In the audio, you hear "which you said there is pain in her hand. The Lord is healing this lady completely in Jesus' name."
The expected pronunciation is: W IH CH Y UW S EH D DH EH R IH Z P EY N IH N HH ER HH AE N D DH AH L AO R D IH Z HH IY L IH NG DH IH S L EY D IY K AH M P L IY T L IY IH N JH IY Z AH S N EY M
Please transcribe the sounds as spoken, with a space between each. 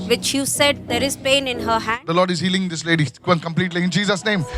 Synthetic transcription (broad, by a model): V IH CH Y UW S EH D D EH R IH Z P EY N IH N HH ER HH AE D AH L AO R D IH Z HH IY L IH NG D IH S L EY D IY K AH M P L IY T L IY IH N JH IY Z AH S N EY M